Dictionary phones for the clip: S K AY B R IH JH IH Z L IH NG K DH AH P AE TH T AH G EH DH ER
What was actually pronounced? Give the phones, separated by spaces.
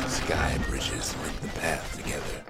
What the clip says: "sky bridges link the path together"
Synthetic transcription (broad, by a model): S K AY B R IH JH IH Z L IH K DH AH P AE TH T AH G EH DH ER